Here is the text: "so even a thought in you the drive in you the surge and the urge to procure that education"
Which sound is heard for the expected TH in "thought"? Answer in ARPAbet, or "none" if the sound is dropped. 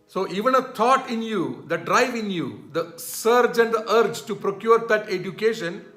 T